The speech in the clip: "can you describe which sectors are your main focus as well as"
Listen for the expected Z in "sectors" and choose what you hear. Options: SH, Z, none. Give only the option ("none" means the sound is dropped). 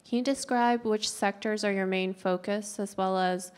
Z